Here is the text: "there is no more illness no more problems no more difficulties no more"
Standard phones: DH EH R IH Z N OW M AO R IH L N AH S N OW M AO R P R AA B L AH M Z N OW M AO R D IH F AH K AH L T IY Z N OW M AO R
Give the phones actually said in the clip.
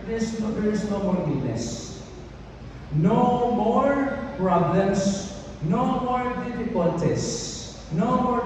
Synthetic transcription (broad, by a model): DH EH R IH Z N OW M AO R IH N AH S N OW M AO R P R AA B L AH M S N OW M AO R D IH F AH K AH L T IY S N OW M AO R